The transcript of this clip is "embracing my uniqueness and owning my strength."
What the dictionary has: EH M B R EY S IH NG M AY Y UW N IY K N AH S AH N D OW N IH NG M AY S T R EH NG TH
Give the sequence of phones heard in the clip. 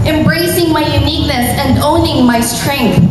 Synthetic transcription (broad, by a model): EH M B R EY S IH NG M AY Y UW N IY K N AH S AH N D OW N IH NG M AY S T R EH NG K